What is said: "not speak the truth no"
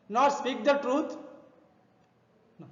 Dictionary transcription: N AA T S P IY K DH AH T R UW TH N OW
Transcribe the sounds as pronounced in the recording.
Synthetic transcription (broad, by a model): N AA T S P IY K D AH T R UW T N